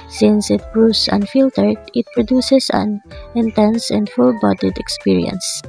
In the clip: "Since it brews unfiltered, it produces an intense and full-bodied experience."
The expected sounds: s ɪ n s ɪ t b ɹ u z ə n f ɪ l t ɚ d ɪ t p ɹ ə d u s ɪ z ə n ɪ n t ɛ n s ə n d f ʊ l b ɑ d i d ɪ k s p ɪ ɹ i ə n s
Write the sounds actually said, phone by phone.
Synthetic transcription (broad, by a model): s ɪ n s ɪ t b ɹ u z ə n f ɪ l t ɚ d ɪ t p ɹ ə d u s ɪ s ə n ɪ n t ɛ n s ə n d f ʊ l b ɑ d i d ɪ k s p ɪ ɹ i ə n s